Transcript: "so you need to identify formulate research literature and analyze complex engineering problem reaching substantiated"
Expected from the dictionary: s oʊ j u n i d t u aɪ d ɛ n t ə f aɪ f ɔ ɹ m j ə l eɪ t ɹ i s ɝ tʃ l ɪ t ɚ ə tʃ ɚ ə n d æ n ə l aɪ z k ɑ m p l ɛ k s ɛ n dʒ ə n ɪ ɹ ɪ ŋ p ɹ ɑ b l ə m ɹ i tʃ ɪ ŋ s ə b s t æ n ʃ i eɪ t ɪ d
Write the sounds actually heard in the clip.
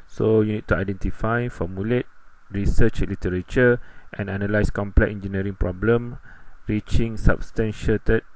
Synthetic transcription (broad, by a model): s oʊ j u n i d t u aɪ d ɛ n t ə f aɪ f ɔ m j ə l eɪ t ɹ i s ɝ tʃ l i t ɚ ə tʃ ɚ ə n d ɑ n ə l aɪ s k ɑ m p l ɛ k ɛ n dʒ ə n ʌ ɹ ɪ ŋ p ɹ ɑ b l ə m ɹ i tʃ ɪ ŋ s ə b s t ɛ n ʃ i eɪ t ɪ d